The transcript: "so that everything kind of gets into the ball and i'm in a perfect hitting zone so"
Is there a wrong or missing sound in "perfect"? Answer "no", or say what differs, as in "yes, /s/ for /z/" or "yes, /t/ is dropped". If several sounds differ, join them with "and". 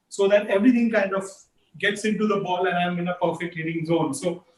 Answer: no